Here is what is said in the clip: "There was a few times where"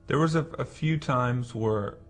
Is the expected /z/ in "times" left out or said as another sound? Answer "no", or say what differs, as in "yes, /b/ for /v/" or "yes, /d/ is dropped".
no